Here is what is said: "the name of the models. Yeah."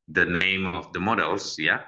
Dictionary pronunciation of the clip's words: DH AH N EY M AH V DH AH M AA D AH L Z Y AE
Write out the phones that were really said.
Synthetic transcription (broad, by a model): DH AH N EY M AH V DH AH M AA D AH L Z Y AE